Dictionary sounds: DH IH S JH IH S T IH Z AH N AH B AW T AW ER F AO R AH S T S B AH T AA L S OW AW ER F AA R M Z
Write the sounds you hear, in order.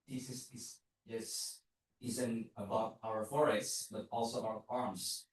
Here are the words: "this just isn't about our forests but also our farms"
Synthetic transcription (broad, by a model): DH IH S Z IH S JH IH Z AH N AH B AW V AW ER F AO R AH S T S B AH T AA L S OW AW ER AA R M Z